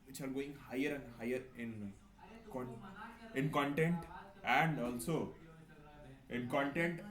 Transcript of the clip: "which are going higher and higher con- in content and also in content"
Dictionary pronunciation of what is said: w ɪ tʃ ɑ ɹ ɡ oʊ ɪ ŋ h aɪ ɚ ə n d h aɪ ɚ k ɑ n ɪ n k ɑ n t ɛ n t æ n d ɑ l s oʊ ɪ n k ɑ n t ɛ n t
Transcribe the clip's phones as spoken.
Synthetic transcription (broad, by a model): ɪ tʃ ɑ l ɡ oʊ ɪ ŋ h aɪ ɚ ə n d h aɪ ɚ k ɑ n ɪ n k ɑ n t ɛ n t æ n d ɑ l s oʊ ɪ n k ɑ n t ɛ n t